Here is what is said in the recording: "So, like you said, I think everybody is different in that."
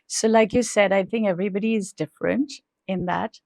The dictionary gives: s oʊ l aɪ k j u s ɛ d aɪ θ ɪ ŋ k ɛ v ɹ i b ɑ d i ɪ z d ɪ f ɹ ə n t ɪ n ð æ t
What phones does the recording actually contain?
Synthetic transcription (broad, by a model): s oʊ l aɪ k j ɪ s ɛ d aɪ θ ɪ ŋ k ɛ v ɹ i b ɑ d i ɪ z d ɪ f ɹ ə n t ɪ n ð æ t